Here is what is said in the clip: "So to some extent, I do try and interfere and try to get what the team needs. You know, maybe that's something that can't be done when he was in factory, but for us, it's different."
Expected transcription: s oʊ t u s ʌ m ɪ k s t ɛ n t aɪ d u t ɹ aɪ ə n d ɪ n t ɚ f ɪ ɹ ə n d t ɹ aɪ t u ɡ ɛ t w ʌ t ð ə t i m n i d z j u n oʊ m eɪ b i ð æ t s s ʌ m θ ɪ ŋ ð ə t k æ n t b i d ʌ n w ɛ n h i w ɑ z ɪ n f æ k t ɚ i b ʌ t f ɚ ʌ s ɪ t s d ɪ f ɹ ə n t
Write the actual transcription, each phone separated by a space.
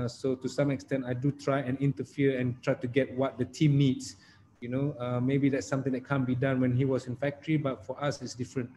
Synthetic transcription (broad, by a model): s oʊ t u s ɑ m ɪ k s t ɛ n t aɪ d u t ɹ aɪ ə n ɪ n t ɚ f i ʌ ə n t ɹ aɪ t u ɡ ɛ t w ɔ t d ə t i m n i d s j u n oʊ m eɪ b i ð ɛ t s s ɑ m t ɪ ŋ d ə t k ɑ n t b i d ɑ n w ɛ n h i w ɑ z ɪ n f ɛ k t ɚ i b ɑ t f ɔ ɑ s ɪ t s d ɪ f ɹ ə n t